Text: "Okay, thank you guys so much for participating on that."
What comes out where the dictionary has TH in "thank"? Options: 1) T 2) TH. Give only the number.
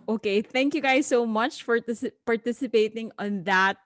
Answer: 2